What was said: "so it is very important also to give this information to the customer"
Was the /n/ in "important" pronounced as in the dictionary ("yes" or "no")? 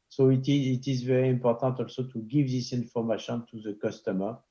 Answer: no